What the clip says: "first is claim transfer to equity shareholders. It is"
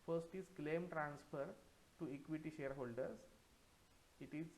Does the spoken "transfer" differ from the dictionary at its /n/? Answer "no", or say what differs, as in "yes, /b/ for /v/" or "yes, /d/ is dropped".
no